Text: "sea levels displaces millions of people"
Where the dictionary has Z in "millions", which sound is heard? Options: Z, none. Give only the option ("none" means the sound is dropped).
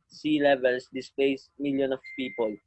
none